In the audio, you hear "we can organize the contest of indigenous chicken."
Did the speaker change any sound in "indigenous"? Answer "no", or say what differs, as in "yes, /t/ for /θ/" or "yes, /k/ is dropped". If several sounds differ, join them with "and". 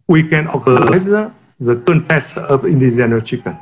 yes, /s/ is dropped